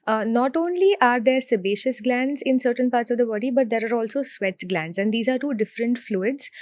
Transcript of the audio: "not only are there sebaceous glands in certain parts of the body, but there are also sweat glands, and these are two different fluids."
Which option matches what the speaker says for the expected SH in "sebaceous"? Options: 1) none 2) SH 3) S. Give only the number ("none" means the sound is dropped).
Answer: 2